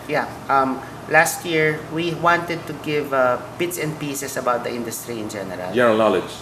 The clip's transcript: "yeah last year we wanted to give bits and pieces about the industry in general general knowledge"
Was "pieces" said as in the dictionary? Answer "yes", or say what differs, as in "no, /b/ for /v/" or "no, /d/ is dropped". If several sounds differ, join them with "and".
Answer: no, /s/ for /z/